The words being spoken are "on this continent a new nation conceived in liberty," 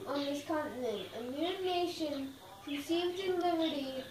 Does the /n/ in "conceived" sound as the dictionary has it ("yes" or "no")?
no